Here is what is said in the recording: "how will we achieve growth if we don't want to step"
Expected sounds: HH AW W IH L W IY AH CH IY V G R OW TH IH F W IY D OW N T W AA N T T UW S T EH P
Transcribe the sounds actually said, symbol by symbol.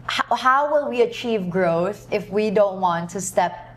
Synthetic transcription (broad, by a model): HH AW W IH L W IY AH CH IY V G R OW TH IH F W IY D OW N T W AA N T T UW S T EH P